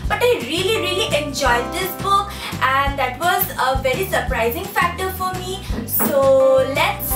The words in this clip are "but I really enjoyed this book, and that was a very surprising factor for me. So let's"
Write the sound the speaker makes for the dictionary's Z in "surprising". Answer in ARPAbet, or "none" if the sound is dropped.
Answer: Z